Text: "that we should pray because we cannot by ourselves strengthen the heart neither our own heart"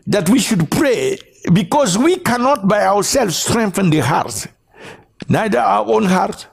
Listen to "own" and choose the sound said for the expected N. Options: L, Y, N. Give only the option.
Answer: N